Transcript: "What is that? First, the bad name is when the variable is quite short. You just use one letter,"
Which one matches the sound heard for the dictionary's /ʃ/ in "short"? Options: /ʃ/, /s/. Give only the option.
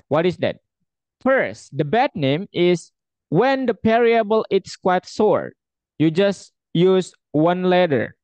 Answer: /s/